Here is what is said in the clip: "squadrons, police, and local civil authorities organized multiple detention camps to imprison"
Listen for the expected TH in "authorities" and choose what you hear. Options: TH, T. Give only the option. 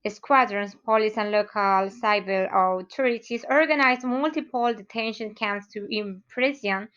T